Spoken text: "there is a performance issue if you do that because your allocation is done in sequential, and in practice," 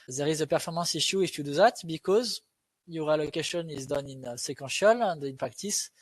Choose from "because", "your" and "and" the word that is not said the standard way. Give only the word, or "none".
none